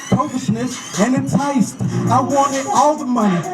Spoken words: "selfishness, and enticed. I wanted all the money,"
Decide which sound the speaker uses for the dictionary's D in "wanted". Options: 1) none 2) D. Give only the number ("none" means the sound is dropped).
1